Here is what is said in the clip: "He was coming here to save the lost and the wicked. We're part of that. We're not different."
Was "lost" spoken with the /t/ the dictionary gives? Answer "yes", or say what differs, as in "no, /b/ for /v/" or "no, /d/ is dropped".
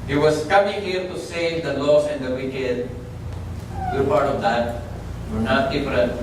no, /t/ is dropped